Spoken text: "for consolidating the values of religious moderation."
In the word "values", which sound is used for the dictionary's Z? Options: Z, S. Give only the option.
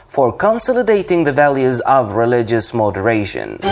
Z